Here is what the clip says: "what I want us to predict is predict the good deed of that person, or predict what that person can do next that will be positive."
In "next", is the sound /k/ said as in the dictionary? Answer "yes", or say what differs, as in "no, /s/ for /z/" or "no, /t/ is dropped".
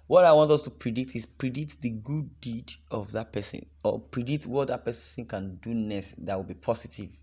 no, /k/ is dropped